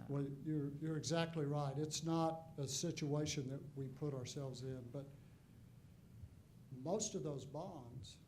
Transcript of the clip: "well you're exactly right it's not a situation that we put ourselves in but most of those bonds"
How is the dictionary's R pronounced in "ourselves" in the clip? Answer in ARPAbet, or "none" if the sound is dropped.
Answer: R